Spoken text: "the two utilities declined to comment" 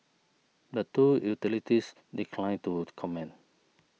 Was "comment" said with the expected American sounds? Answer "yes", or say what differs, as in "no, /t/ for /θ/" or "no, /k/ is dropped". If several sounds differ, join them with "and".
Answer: no, /t/ is dropped